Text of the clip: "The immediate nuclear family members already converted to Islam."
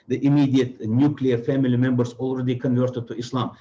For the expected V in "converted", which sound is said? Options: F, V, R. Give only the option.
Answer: V